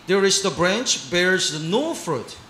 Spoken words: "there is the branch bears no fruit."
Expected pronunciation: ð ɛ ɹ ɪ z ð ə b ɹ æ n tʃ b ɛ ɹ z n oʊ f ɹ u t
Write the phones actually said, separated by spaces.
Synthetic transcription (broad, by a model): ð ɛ ɹ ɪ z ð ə b ɹ æ n tʃ b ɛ ɹ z n oʊ f ɹ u t